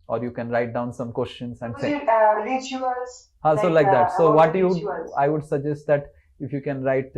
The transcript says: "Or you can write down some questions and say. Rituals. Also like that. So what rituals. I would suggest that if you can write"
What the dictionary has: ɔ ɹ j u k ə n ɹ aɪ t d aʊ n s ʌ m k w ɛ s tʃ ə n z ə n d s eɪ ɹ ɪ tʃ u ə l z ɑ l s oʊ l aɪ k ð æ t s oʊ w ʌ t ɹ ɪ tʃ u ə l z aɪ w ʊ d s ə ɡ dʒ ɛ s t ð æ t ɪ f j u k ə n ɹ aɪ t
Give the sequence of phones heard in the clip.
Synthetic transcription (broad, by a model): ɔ ɹ j u k ə n ɹ aɪ t d aʊ n s ʌ m k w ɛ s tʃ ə n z ə n d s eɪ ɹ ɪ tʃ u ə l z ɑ s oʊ l aɪ k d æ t s oʊ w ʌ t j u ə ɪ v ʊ d s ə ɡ dʒ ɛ s t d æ t ɪ f j u k ə n ɹ aɪ t